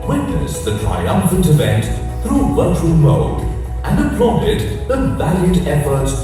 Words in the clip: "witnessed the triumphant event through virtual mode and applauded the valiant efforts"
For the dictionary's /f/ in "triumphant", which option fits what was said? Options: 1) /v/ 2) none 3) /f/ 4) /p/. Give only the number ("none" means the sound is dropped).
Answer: 3